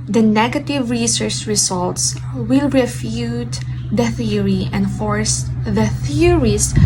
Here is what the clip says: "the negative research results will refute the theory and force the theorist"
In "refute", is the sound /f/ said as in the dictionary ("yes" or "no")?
yes